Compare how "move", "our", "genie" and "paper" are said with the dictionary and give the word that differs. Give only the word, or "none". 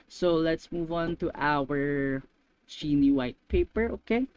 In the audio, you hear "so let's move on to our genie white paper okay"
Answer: genie